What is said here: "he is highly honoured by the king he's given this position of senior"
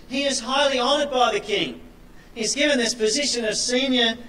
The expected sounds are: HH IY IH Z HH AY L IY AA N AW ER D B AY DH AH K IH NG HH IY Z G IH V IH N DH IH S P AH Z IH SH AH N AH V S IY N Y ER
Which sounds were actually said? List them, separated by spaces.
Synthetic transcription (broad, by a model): HH IY IH Z HH AY L IY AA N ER D B AY DH AH K IH NG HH IY Z G IH V IH N DH IH S P AH Z IH SH AH N AH V S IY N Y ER